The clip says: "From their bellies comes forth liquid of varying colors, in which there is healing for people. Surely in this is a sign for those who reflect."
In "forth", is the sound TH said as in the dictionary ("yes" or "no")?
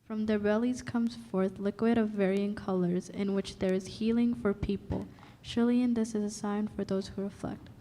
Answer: yes